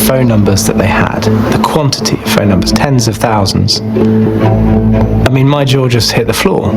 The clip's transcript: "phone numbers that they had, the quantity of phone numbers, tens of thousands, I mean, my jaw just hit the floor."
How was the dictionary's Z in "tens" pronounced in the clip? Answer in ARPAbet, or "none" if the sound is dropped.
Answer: Z